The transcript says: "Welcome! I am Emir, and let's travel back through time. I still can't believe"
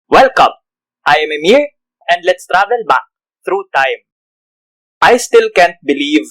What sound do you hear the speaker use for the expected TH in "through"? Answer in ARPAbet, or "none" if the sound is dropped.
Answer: T